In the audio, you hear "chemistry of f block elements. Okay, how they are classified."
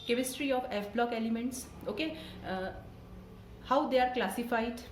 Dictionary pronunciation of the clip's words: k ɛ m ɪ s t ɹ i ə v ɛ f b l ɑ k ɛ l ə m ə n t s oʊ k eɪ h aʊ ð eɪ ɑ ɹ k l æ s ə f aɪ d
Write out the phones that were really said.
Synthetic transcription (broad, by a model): k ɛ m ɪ s t ɹ i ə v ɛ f b l ɑ k ɛ l ə m ə n t s oʊ k eɪ h aʊ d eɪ ɑ ɹ k l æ s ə f aɪ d